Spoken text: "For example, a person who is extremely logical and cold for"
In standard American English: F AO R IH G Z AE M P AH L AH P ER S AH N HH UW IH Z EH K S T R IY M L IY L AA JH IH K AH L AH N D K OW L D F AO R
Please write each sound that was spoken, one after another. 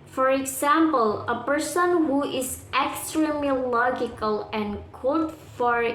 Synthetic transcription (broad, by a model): F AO R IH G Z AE M P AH L AH P ER S AH N HH UW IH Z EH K S T R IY M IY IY L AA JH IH K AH L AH N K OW D F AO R